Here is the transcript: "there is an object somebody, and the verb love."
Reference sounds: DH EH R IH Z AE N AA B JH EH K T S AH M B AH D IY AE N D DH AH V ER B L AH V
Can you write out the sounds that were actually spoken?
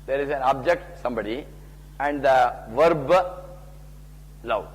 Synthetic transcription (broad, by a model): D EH R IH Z AE N AA B JH EH K T S AH M B AH D IY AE N D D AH V ER B L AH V